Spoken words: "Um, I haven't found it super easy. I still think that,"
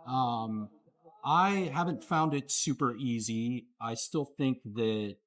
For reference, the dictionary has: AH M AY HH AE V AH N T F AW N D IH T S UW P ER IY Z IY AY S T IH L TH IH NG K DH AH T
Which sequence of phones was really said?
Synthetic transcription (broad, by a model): AH M AY HH AE V AH N T F AW N D IH T S UW P ER IY Z IY AY S T IH L TH IH NG K DH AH T